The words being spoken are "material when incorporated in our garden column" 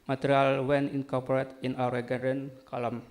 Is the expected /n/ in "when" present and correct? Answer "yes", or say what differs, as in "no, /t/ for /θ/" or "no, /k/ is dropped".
yes